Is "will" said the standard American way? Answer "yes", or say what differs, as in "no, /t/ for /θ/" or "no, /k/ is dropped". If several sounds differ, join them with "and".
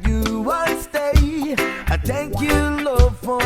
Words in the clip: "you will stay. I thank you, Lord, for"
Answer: no, /n/ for /l/